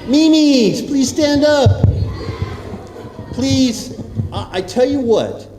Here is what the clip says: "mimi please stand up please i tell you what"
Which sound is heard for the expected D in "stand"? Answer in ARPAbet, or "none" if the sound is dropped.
D